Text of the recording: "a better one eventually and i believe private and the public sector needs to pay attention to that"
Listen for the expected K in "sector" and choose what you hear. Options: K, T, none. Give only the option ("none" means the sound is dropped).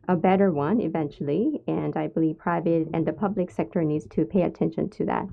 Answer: K